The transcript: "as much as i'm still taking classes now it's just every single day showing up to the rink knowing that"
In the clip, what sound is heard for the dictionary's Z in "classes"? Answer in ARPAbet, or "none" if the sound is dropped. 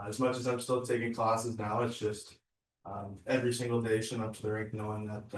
Z